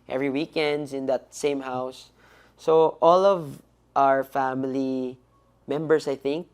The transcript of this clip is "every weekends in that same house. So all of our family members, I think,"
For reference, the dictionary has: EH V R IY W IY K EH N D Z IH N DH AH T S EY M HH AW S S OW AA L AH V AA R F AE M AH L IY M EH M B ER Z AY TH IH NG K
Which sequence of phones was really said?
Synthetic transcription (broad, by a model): EH V R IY W IY K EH N D S IH N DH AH T S EY M HH AW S S OW AA L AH V AA R F AE M AH L IY M EH M B ER S AY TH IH NG K